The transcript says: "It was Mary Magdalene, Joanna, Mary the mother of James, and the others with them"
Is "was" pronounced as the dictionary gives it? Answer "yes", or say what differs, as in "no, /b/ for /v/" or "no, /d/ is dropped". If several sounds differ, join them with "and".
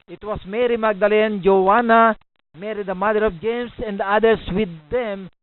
no, /s/ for /z/